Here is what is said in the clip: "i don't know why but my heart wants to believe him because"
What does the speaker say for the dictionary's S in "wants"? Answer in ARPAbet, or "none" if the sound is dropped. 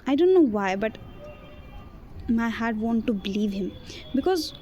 none